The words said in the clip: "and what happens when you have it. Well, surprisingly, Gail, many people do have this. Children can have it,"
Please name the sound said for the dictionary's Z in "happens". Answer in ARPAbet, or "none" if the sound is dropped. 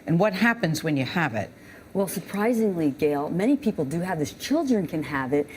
Z